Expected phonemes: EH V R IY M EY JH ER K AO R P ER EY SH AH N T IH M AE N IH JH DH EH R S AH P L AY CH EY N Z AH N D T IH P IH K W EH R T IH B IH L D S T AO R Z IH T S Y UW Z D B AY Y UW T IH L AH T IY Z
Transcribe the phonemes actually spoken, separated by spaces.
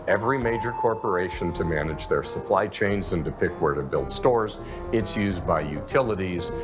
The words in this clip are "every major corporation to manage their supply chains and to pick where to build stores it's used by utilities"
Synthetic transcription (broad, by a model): EH V R IY M EY JH ER K AO R P ER EY SH AH N T IH M AE N IH JH DH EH R S AH P L AY CH EY N Z AH N D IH P IH K W EH R T IH B IH L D S T AO R Z IH T S Y UW Z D B AY Y UW T IH L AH T IY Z